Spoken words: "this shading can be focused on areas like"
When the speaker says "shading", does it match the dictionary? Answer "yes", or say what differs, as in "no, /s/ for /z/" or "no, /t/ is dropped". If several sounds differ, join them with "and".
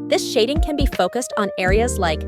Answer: yes